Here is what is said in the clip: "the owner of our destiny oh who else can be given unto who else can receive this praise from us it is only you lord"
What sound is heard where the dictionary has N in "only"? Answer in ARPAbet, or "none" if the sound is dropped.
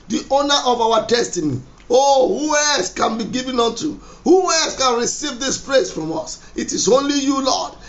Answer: none